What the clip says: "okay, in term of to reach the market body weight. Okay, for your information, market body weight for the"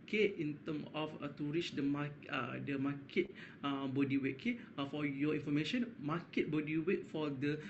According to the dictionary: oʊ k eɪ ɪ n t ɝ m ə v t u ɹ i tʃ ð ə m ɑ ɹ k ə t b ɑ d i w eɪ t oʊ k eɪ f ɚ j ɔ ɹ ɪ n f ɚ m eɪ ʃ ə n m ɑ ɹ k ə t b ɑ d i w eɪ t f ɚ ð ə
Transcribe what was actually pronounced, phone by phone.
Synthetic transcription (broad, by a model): k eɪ ɪ n t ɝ m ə f t u ɹ i tʃ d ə m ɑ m k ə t b ɑ d i w eɪ t k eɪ f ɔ j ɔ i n f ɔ m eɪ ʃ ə n m ɑ k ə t b ɑ d i w eɪ t f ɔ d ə